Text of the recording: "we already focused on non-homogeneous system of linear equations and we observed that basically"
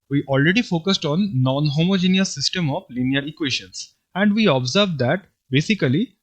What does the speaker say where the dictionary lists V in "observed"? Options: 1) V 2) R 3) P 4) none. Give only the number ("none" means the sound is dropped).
1